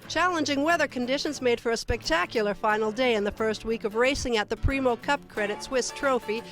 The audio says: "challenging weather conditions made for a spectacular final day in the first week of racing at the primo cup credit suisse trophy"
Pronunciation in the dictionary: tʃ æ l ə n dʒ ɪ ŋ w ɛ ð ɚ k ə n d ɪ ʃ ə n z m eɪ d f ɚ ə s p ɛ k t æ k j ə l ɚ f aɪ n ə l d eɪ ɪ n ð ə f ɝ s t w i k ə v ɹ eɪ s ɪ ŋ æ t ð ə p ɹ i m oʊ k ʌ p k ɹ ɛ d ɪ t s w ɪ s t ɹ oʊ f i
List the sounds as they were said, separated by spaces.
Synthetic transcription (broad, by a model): tʃ æ l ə n dʒ ɪ ŋ w ɛ ð ɚ k ə n d ɪ ʃ ə n z m eɪ d f ɚ ə s p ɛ k t æ k j l ɚ f aɪ n l d eɪ ɪ n ð ə f ɝ s t w i k ə v ɹ eɪ s ɪ ŋ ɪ t ð ə p ɹ i m oʊ k ʌ p k ɹ ɛ d ɪ t s w ɪ s t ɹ oʊ f i